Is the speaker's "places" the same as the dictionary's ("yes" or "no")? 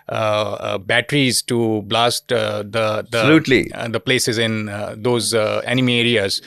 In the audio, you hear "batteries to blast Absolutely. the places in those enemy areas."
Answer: yes